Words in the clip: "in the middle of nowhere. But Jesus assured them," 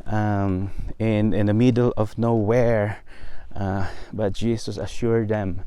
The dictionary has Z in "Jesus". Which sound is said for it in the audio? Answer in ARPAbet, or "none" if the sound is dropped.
S